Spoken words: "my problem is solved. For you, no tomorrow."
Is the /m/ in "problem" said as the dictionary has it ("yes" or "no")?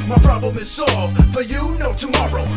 yes